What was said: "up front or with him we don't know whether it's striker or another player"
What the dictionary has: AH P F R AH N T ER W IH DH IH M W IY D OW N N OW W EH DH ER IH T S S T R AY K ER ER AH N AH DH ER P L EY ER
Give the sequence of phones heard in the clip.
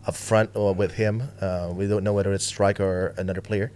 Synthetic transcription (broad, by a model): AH F R AH N T W IH DH IH M W IY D OW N N OW W EH DH ER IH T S S T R AY K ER ER AH N AH DH ER P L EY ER